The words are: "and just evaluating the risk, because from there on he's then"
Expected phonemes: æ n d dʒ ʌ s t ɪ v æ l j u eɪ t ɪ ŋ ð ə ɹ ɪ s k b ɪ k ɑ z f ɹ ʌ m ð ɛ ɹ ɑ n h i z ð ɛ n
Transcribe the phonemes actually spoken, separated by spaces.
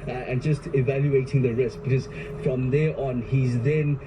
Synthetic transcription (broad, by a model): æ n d dʒ ʌ s t ɪ v æ l j u eɪ t ɪ ŋ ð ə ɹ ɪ s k b ɪ k ɑ z f ɹ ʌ m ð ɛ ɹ ɑ n h i z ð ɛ n